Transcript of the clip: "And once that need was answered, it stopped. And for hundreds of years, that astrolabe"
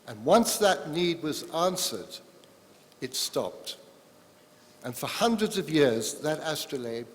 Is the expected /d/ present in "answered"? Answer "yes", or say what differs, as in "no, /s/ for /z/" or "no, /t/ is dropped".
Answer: yes